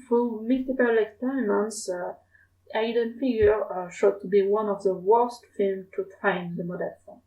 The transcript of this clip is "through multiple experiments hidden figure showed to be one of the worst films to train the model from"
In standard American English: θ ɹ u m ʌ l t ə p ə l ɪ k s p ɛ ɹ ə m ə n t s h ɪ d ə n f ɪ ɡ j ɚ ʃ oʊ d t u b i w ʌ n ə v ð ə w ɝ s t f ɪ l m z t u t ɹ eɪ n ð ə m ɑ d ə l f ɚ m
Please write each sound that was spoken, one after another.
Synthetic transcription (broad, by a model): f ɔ m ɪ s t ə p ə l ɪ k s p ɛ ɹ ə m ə n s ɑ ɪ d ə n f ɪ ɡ j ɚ ʃ oʊ d t u b i w ʌ n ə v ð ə w ɝ s t f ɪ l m t u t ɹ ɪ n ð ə m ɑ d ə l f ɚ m